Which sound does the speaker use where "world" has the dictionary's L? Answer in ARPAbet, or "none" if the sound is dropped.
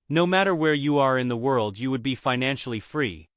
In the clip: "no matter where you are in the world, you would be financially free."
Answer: L